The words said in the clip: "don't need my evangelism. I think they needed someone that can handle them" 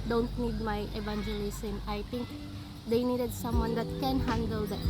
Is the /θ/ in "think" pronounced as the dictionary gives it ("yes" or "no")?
no